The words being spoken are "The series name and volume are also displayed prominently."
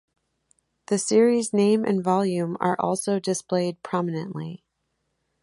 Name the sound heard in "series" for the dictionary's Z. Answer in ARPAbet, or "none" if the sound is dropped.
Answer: Z